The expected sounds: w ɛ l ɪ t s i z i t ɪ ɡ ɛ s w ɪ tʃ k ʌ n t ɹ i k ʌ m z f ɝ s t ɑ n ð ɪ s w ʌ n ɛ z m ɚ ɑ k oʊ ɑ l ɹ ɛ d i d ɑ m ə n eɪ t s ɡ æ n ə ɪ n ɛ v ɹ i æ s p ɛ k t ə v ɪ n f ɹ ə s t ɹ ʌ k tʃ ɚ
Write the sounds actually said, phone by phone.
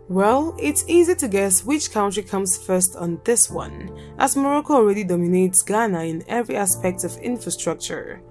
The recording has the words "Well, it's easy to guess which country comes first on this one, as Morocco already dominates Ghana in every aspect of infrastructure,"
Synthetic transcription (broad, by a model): w ɛ l ɪ t s i z i t ɪ ɡ ɛ s w ɪ tʃ k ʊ n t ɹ i k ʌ m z f ɝ s t n ð ɪ s w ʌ n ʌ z m ɚ ɑ k oʊ ɑ l ɹ ɛ d i d ɑ m ə n eɪ t s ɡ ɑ n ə ɪ n ɛ v ɹ i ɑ s p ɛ k t ə v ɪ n f ɹ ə s t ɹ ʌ k tʃ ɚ